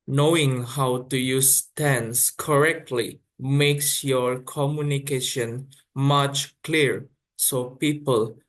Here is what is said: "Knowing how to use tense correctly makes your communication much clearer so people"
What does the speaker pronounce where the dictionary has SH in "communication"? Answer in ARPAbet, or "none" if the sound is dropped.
SH